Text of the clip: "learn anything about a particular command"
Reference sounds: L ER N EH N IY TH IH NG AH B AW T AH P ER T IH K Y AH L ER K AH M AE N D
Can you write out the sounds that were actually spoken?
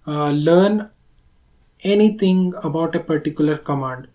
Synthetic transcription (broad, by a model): L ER N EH N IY T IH NG AH B AW T AH P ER T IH K Y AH L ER K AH M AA N D